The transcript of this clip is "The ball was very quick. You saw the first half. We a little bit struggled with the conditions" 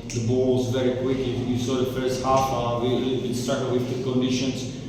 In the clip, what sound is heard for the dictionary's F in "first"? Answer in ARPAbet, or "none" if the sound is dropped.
F